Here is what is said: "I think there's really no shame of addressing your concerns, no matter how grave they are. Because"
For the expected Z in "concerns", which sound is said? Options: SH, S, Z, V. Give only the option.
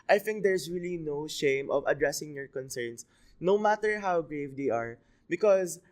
S